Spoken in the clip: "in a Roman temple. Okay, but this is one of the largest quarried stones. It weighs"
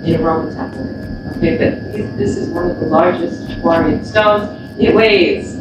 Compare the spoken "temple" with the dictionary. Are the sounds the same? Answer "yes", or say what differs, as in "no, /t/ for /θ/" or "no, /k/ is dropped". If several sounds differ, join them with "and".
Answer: no, /m/ is dropped